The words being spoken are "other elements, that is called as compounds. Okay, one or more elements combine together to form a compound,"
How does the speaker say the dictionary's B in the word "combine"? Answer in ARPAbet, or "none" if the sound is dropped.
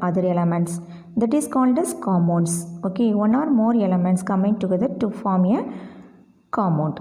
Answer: none